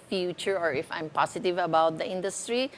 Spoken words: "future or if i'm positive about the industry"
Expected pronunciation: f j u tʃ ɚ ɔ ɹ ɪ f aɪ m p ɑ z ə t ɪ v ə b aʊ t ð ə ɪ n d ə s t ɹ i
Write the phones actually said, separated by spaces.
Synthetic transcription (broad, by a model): f j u tʃ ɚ ɔ ɹ ɪ f aɪ m p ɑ s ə t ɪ v ə b aʊ t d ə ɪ n d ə s t ɹ i